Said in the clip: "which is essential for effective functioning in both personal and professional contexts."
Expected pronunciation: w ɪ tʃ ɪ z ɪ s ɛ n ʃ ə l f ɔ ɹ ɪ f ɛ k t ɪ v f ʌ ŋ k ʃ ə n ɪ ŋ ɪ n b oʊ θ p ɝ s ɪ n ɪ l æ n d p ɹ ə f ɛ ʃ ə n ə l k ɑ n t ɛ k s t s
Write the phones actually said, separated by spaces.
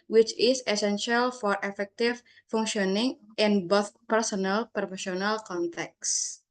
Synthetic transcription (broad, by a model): w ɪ tʃ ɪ s ɪ s ɛ n ʃ ə l f ɔ ɹ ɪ f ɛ k t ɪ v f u ŋ ʃ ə n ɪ ŋ ɪ n b oʊ θ p ɝ s ɪ n ɪ l p ɹ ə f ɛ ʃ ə n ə l k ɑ n t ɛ k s s